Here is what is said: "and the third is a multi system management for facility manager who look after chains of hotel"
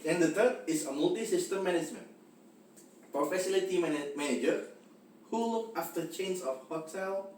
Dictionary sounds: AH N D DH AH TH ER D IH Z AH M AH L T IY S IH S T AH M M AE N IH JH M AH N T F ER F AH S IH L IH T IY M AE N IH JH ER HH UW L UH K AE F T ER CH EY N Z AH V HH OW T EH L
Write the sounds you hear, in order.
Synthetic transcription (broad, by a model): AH N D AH T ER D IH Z AH M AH L T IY S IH S T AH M M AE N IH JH M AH N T P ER F AH S IH L IH T IY M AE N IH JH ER HH UW L UH K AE F T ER CH EY N S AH F HH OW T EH L